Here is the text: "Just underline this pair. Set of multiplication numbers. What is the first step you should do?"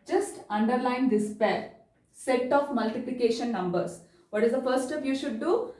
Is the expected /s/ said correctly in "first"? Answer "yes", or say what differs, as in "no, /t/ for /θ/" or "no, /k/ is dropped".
no, /s/ is dropped